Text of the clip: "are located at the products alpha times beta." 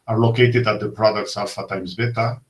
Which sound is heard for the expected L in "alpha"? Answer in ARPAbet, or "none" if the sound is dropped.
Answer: none